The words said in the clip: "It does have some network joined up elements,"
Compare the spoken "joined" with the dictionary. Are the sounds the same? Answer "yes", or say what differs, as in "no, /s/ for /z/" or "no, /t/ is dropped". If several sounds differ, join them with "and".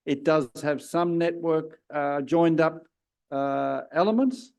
yes